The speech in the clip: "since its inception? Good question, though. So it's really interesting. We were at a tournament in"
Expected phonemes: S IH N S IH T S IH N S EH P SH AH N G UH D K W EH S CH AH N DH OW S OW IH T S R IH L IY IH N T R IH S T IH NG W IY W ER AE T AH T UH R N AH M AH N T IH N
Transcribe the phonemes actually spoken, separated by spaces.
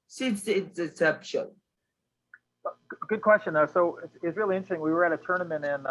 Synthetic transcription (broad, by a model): S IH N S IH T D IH S EH P SH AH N G UH D K W EH S CH AH N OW S OW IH S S R IH L IY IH N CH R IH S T IH NG W IY W ER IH T AH T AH R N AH M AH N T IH N